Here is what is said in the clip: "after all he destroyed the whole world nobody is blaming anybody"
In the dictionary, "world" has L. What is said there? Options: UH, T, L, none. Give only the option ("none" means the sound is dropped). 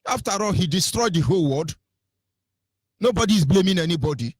none